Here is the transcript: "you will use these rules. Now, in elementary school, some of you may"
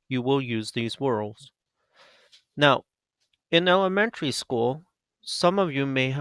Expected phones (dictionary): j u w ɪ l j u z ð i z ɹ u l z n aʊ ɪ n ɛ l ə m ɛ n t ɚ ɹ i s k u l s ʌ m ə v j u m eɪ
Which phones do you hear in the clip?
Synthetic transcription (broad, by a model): j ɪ w ɪ l j u z ð i z w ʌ l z n aʊ ɪ n ɛ l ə m ɛ n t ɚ ɹ i s k u l s ʌ m ə v j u m eɪ